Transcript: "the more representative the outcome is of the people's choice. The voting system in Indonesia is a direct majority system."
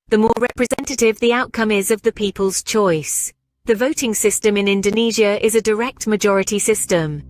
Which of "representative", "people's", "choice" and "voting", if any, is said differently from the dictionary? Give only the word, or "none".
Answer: none